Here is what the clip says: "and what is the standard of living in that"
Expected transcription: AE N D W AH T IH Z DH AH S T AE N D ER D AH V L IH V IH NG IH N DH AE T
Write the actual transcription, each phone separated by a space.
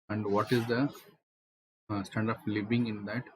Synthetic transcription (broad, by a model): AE N D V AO T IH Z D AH S T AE N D D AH P L IH V IH NG IH N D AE T